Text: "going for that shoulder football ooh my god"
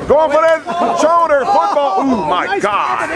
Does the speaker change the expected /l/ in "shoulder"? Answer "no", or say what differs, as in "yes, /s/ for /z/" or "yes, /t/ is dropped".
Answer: yes, /l/ is dropped